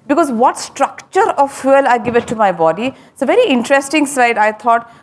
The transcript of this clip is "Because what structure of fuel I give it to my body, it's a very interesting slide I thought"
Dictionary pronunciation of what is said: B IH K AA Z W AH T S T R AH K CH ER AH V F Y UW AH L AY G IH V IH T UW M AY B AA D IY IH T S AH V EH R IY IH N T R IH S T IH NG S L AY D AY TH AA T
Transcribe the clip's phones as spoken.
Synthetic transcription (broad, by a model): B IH K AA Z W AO T S T R AH K CH ER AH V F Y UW L AY G IH V IH T UW M AY B AA D IY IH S AH V EH R IY IH N T R IH S T IH NG S AY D AY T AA T